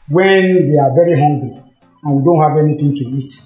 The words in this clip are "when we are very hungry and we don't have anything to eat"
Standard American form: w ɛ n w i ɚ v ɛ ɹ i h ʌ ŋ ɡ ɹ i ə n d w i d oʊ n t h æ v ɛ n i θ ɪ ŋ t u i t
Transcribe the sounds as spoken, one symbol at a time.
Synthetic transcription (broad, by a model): w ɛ n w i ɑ v ɛ ɹ i h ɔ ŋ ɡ l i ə n w i d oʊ n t h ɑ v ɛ n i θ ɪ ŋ t u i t